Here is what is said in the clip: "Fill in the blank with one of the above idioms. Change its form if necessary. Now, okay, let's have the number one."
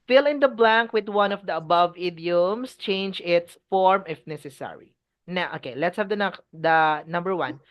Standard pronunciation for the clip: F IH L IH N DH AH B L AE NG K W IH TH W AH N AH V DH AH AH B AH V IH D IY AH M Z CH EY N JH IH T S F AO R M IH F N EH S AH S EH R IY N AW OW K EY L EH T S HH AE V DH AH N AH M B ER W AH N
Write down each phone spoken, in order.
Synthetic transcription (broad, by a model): F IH L IH N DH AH B L AE NG K W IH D W AH N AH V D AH AH B AH V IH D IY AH M S CH EY N JH IH T S F AO R M IH F N EH S AH S EH R IY N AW OW K EY L EH T S HH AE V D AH N AH M B ER W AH N